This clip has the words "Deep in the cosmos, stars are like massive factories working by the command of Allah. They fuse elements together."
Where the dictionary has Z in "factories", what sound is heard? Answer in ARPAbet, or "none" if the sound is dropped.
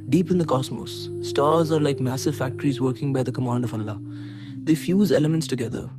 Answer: Z